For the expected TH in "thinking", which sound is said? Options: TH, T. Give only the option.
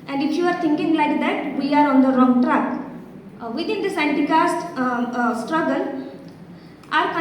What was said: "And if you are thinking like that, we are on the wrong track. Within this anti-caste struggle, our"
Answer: T